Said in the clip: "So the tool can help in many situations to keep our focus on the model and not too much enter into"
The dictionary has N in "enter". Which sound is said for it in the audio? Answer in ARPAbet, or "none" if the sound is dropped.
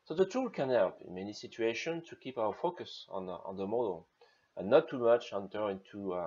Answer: N